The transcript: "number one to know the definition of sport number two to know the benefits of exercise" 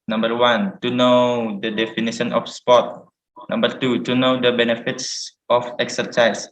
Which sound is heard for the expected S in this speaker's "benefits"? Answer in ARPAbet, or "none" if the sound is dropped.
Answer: S